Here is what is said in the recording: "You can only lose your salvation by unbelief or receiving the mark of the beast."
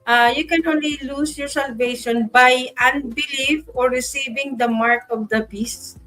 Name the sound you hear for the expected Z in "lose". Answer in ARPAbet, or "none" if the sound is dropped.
S